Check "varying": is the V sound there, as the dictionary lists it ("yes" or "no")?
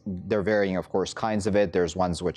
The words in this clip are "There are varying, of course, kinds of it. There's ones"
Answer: yes